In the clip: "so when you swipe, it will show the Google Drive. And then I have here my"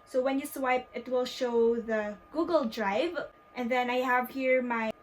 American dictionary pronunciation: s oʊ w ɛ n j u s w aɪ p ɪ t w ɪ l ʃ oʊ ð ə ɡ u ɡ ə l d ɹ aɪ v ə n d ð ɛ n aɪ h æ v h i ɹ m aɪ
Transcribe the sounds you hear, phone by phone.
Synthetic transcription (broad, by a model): s oʊ w ɛ n j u s w aɪ p ɪ t w ɪ l ʃ oʊ ð ə ɡ u ɡ ə l d ɹ aɪ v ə n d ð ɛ n aɪ h æ v h i ɹ m aɪ